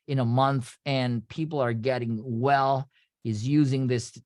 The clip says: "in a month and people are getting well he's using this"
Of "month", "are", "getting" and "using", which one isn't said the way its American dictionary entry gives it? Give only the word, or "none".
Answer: none